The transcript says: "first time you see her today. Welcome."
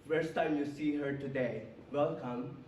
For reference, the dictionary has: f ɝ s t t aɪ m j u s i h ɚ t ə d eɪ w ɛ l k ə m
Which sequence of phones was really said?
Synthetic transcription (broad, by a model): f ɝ s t t aɪ m j u s i h ɚ t ə d eɪ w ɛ l k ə m